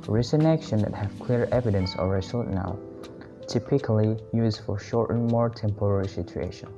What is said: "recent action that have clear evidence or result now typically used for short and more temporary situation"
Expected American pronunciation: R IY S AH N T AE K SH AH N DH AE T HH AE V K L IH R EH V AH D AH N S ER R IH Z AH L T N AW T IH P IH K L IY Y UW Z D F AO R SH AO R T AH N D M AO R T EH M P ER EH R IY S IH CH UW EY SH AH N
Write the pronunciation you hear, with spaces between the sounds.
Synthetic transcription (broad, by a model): R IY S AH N AE K SH AH N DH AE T HH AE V K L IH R EH V AH D AH N S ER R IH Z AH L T N AW T IH P IH K L IY Y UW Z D F AO R SH AO R T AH N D M AO R T EH M P ER EH R IY S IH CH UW EY SH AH N